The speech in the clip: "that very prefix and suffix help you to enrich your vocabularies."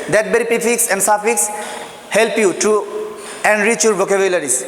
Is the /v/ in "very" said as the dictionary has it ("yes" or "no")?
no